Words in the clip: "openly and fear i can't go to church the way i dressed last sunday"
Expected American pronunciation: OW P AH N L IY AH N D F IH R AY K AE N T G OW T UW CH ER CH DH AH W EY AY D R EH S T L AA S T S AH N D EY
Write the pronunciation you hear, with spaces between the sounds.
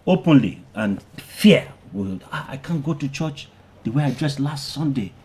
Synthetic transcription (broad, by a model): OW P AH N L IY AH N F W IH L AY K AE N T G OW T UW CH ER CH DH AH W EY AY D R EH S T L AA S T S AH N D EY